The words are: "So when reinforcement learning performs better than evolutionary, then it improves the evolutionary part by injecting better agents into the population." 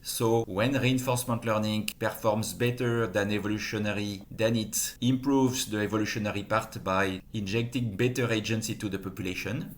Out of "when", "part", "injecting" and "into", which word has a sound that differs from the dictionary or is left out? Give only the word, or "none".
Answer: into